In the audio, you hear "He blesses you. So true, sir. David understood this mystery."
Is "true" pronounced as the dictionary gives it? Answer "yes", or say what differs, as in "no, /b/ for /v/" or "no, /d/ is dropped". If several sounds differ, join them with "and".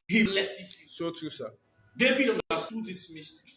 no, /ɹ/ is dropped